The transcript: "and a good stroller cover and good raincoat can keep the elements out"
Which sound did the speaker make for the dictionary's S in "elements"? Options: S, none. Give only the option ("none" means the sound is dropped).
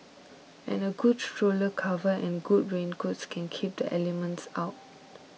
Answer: S